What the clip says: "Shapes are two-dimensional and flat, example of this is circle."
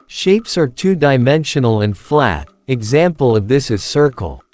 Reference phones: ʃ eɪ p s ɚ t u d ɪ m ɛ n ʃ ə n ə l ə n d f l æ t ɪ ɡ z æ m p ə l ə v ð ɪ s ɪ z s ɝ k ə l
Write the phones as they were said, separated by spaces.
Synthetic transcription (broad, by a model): ʃ eɪ p s ɚ t u d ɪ m ɛ n ʃ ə n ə l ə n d f l æ t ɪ ɡ z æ m p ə l ə v ð ɪ s ɪ z s ɝ k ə l